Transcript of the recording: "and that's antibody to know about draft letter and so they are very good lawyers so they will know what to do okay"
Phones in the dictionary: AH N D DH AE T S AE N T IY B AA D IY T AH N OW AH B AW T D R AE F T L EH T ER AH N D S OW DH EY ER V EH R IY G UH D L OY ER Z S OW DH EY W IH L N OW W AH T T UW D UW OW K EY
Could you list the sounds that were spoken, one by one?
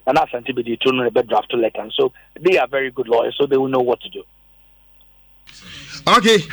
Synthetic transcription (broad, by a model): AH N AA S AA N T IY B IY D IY T AH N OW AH B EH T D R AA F T L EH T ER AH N S OW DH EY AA V EH R IY G UH D L OY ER S OW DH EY W IH L N OW W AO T T UW D UW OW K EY